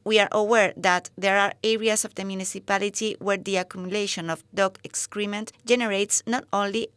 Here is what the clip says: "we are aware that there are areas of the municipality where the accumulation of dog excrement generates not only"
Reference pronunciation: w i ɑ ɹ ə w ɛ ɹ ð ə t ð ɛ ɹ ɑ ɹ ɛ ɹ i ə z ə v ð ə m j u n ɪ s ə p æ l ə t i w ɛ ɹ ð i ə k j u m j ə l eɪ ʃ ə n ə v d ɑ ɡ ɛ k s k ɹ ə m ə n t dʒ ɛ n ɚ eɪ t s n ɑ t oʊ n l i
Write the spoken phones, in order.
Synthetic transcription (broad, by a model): w i ɑ ɹ ə w ɛ ɹ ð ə t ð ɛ ɹ ɑ ɹ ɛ ɹ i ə s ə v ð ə m j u n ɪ s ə p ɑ l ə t i w ɛ ɹ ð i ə k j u m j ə l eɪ ʃ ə n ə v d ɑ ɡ ɛ k s k ɹ ə m ə n t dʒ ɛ n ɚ eɪ t s n ɑ t oʊ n l i